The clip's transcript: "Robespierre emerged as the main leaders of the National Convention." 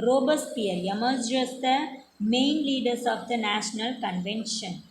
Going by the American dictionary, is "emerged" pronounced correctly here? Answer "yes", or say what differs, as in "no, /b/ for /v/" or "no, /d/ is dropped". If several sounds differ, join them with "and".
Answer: no, /d/ is dropped